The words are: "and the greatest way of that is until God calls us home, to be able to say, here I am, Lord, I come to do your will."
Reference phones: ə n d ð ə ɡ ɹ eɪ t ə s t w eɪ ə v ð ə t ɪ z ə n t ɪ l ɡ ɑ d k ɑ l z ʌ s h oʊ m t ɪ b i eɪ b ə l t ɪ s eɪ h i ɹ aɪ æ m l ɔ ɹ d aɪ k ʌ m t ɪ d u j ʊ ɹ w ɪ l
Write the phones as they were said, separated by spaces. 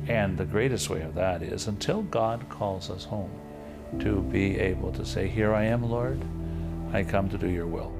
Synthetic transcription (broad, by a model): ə n ð ə ɡ ɹ eɪ t ə s t w eɪ ə v ð ə t ɪ z ə n t ɪ l ɡ ɑ d k ɑ l z ʌ s h oʊ m t ɪ b i eɪ b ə l t ɪ s eɪ h i ɹ aɪ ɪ m l ɔ ɹ d aɪ k ʌ m t ɪ d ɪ j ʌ ɹ w ɪ l